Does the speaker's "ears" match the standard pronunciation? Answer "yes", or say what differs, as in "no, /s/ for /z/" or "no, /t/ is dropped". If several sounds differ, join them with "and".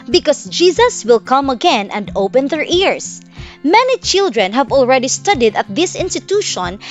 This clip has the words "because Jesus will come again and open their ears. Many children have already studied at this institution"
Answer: no, /s/ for /z/